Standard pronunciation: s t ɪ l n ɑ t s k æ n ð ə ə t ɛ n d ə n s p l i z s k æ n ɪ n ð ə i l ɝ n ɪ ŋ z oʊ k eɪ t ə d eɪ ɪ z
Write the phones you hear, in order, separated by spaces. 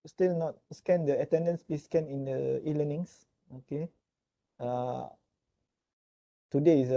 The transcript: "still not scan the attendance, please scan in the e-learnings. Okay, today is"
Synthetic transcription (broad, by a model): s t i l n ɑ t s k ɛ n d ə ə t ɛ n d ə n s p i s k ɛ n ɪ n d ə i l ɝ n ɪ ŋ s oʊ k eɪ t ə d eɪ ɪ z